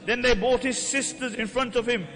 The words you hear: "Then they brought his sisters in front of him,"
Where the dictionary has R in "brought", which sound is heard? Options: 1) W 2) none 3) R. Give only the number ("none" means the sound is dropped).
2